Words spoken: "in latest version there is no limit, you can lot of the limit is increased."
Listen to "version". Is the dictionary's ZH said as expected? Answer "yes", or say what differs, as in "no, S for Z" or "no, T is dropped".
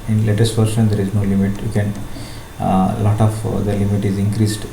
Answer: no, SH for ZH